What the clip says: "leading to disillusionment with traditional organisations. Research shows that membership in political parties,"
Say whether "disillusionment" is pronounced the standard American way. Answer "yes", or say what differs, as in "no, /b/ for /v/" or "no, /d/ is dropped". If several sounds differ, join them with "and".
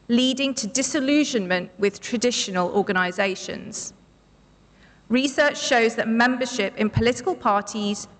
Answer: yes